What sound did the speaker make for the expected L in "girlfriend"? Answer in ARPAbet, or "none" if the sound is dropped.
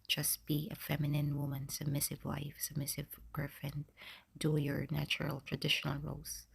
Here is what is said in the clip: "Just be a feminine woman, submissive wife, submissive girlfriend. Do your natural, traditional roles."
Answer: none